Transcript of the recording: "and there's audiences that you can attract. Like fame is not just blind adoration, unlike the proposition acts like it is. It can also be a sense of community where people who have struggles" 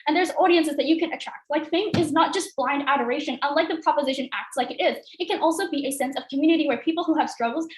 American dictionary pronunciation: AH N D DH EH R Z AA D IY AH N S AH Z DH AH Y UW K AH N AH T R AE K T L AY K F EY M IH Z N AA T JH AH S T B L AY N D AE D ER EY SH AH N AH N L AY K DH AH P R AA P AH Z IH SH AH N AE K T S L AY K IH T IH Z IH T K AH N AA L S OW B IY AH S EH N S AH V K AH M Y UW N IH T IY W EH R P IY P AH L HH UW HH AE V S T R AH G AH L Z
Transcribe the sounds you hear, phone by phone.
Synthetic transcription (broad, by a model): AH N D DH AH R Z AA D IY AH N S AH Z DH AH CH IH K AH N AH T R AE K T L AY K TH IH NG IH Z N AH T JH AH S T B L AY N D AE D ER EY SH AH N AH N L AY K DH AH P R AA P AH Z IH SH AH N AE K T S L AY K IH T IH Z IH T K AH N AA L S OW B IY AH S EH N S AH V K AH M Y UW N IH T IY W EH R P IY P L HH UW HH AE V S T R AH G L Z